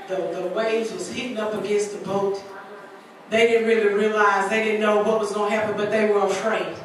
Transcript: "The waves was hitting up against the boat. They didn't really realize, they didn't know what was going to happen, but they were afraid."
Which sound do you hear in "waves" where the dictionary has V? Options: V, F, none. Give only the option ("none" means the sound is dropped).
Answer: none